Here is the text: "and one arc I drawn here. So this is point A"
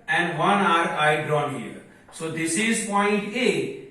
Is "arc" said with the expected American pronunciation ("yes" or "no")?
no